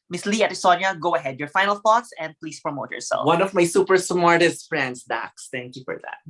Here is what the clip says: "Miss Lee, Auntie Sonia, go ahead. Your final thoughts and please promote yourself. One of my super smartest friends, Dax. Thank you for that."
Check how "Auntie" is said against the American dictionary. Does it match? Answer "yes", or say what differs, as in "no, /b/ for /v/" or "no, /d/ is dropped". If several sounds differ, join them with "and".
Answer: no, /n/ is dropped